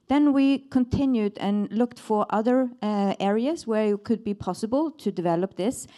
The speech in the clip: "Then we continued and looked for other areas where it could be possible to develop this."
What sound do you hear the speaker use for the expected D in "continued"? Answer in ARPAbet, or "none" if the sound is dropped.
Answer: D